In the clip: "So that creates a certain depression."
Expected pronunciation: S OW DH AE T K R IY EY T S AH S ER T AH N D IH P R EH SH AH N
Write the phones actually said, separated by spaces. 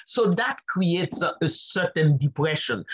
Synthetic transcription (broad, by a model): S OW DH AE T K R IY EY T S AH S ER T AH N D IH P R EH SH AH N